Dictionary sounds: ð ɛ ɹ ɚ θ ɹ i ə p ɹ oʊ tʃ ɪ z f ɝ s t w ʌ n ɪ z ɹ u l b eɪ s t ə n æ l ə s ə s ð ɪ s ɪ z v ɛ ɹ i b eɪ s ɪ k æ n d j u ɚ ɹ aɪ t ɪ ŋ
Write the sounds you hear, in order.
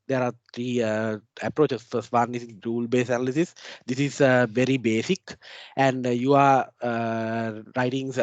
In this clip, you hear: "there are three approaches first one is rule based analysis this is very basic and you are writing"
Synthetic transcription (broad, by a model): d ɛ ɹ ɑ t ɹ i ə p ɹ oʊ tʃ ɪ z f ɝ s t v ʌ n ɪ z ɹ u l b eɪ s ə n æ l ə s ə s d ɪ s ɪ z v ɛ ɹ i b eɪ s ɪ k æ n d j u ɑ ɹ aɪ t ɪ ŋ